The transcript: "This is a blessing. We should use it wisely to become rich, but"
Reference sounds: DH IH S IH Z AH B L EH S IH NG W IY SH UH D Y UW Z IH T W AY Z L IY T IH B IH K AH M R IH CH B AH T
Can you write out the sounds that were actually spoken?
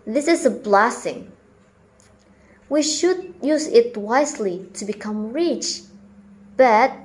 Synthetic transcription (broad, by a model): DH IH S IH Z AH B L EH S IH NG W IY SH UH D Y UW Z IH T W AY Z L IY T IH B IH K AH M R IH CH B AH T